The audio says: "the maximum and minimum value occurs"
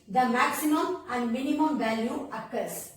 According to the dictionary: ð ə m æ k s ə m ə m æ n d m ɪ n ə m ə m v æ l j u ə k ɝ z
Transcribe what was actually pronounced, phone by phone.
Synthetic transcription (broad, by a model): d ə m æ k s ə m ə m æ n d m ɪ n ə m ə m v æ l j u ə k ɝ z